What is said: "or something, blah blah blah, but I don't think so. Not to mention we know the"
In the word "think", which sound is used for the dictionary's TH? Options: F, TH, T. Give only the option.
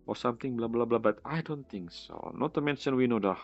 T